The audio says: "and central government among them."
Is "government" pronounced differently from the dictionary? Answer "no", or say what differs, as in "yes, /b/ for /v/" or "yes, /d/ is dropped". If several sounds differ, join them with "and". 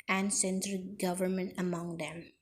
no